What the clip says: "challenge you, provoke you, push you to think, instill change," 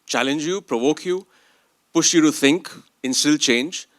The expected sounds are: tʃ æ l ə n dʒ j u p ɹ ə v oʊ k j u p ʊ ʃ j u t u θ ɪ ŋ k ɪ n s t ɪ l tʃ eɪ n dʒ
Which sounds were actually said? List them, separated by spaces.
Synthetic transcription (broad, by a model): tʃ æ l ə n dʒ j u p ɹ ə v oʊ k j u p ʊ ʃ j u t u θ ɪ ŋ k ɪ n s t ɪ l tʃ eɪ n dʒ